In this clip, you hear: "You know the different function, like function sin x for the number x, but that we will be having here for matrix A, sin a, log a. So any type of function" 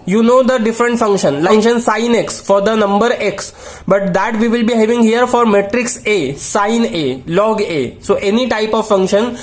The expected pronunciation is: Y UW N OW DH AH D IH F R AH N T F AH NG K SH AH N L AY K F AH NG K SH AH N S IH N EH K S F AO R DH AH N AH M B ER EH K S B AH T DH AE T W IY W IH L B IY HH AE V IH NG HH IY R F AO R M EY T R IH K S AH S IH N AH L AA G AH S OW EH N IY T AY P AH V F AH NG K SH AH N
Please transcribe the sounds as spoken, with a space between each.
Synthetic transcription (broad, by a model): Y UW N OW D AH D IH F R AH N T F AH NG K SH AH N L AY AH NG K SH AH N S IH N EH K S F AO R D AH N AH M B ER EH K S B AH T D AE T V IY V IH L B IY HH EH V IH NG HH IY R F AO R M EY T R IH K S AH S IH N AH L AA G AH S OW EH N IY T AY P AH V F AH NG K SH AH N